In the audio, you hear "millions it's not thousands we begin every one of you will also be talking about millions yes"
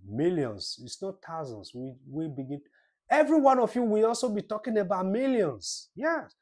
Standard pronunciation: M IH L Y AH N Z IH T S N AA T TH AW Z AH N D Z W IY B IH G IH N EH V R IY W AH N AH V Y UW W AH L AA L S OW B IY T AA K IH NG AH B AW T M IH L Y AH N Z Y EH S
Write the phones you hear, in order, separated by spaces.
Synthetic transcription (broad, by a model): M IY L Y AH N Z IH T S N AA T AW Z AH N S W W IY B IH G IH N EH V R IY W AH N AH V Y UW W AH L AA L S OW B IY T AA K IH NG AH B AW T M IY L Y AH N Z Y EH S